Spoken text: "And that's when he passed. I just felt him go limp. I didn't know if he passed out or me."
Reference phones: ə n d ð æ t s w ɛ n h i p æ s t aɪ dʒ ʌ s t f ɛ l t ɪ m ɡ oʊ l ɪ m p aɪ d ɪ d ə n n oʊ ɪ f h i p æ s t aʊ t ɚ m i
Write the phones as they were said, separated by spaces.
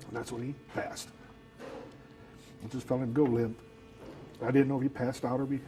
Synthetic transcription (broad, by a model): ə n ð æ t s w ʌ n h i p æ s t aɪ dʒ ʌ s t f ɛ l ɪ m ɡ oʊ l ɪ m p aɪ d ɪ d n n oʊ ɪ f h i p æ s t aʊ t ɚ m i